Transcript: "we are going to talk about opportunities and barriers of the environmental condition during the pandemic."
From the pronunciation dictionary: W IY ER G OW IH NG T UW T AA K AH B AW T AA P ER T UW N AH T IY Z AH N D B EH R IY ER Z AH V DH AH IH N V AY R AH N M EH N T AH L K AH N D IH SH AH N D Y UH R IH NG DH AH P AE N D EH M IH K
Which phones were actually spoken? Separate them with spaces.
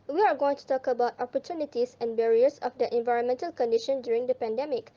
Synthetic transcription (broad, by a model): W IY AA G OW IH NG T UW T AA K AH B AW T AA P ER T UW N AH T IY S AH N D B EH R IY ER S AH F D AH IH N V AY R AH N M EH N T AH L K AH N D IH SH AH N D Y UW R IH NG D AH P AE N D EH M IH K